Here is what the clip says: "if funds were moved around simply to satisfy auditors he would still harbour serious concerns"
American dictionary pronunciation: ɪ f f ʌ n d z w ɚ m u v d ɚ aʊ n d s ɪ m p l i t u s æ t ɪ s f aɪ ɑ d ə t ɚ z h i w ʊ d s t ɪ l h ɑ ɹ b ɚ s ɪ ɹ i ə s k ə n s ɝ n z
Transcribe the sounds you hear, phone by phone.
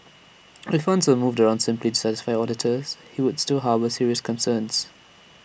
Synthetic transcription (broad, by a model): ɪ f f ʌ n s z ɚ m u v d ɚ aʊ n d s ɪ m p l i t u s æ t ɪ s f aɪ ɑ d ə t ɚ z h i w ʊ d s t ɪ l h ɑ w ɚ s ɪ ɹ i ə s k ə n s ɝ n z